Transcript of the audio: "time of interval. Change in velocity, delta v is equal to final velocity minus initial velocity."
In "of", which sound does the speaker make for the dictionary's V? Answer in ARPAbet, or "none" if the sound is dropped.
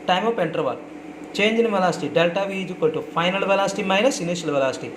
P